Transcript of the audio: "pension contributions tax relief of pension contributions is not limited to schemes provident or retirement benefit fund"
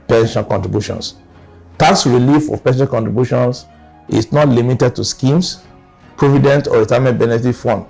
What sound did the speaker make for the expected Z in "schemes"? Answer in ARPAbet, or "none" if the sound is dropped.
S